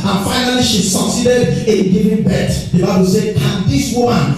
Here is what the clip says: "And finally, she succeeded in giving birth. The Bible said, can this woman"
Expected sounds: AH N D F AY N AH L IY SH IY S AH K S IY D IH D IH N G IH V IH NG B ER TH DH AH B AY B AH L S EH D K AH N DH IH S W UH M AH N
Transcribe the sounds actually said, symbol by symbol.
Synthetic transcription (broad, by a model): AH N F AY N AH L IY SH IY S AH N S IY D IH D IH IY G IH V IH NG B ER T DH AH B AY B AH L S EH D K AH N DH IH S W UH M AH N